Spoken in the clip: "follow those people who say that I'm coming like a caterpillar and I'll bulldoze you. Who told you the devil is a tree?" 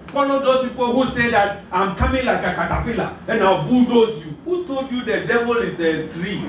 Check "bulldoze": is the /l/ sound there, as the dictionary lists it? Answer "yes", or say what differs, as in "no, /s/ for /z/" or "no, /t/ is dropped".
no, /l/ is dropped